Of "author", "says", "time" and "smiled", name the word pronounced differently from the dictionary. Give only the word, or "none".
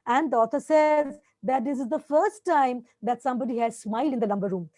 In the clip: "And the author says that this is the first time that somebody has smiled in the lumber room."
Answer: author